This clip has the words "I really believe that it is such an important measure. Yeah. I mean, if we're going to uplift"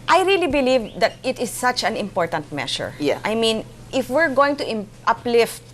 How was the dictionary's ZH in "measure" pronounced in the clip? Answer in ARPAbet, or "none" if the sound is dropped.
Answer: SH